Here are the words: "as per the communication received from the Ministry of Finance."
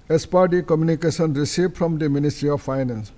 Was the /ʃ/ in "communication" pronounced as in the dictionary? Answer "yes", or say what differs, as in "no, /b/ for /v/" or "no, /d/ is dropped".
no, /s/ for /ʃ/